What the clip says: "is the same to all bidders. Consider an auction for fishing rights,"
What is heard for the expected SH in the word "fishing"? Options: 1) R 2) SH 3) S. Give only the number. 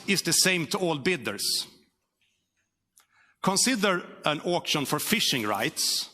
2